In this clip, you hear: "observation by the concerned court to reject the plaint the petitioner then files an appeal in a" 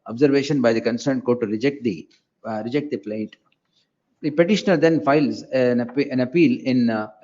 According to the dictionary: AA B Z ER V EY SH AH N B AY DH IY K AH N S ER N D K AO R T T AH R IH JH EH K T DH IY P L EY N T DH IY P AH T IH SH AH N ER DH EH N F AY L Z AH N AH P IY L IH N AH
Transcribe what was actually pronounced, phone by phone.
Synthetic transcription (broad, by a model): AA B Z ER V EY SH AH N B AY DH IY K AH N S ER N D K AO R T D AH R IH JH EH K T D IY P L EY T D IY P AH T IH SH AH N ER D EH N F AY L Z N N AH P IY L IH N